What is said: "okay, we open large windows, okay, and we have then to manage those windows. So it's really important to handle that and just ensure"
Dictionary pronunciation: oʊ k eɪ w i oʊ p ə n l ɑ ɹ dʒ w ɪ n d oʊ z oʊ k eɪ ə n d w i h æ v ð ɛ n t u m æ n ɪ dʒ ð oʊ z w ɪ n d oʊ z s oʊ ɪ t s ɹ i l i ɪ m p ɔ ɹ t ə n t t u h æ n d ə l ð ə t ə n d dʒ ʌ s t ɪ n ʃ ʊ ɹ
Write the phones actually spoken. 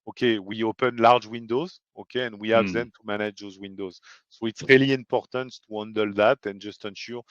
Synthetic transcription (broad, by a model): oʊ k eɪ w i oʊ p ə n l ɑ ɹ dʒ w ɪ n d oʊ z oʊ k eɪ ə n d w i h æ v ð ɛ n t u m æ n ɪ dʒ ð oʊ z w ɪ n d oʊ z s oʊ ɪ t s ɹ i l i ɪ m p ɔ ɹ t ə n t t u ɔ n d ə l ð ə t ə n dʒ ʌ s t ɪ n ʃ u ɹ